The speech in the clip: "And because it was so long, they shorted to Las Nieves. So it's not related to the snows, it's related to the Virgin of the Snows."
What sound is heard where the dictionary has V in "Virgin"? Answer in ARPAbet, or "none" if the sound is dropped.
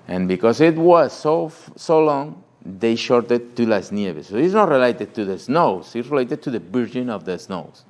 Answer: B